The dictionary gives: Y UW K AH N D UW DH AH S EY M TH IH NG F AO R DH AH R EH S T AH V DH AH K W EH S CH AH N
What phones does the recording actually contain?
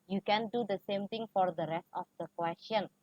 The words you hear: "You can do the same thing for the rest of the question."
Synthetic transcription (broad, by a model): Y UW K AH N D UW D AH S EY M T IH NG F AO R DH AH R EH S T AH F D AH K W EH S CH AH N